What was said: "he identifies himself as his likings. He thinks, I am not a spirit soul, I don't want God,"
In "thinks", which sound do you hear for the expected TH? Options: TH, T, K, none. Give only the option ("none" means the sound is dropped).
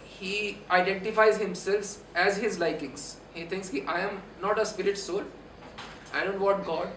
T